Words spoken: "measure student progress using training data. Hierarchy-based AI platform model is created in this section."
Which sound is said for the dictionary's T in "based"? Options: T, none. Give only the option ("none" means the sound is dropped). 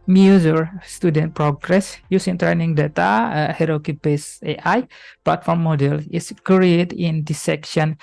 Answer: none